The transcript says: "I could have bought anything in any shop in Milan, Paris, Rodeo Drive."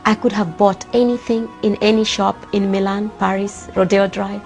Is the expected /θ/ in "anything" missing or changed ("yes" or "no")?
no